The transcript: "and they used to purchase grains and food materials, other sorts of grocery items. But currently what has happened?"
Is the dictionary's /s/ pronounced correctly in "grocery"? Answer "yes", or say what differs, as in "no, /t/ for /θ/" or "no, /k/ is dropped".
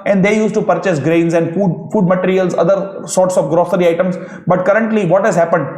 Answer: yes